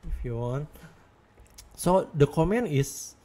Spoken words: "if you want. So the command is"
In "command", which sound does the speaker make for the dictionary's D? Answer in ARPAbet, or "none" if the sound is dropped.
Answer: none